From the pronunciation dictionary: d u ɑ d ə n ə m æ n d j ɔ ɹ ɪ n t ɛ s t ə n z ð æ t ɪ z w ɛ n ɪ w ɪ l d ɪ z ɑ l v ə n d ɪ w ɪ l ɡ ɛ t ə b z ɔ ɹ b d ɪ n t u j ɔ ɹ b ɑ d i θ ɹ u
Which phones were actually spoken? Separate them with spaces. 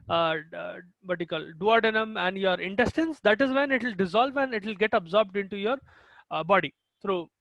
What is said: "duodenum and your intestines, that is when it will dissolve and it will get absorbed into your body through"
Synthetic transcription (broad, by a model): d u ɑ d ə n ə m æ n d j ɔ ɹ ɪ n t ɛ s t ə n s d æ t ɪ z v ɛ n ɪ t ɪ l d ɪ z ɑ l v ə n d ɪ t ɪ l ɡ ɛ t ə b z ɔ ɹ b d ɪ n t u j ɔ ɹ b ɑ d i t ɹ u